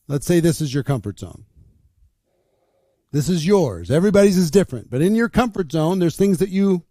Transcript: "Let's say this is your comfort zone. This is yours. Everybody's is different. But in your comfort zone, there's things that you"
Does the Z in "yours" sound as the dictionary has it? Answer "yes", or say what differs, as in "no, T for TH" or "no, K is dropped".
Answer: yes